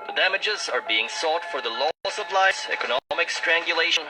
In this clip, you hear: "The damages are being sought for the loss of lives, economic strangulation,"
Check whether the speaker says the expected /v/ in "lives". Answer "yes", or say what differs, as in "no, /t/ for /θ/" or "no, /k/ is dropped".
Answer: no, /v/ is dropped